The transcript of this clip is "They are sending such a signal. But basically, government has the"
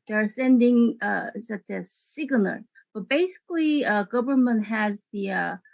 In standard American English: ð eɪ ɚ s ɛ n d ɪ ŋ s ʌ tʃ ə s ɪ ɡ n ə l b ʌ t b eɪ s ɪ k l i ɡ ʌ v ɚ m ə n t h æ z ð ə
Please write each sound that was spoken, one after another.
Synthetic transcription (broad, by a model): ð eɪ ɚ s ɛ n d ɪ ŋ s ʌ tʃ ə s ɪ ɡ l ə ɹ b ʌ t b eɪ s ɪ k l i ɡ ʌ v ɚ m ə n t h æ z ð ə